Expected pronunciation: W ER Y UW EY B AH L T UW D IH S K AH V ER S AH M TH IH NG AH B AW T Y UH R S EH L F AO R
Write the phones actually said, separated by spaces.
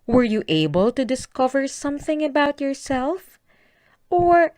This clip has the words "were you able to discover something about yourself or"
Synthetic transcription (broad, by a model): W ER Y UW EY B AH L T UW D IH S K AH V ER S AH M TH IH NG AH B AW T Y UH R S EH L F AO R